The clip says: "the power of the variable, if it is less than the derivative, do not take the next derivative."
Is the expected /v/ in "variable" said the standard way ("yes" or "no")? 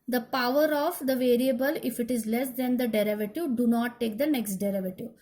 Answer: yes